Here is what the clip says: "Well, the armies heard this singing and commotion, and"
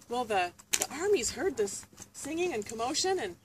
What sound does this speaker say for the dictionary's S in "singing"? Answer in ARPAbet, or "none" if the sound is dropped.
S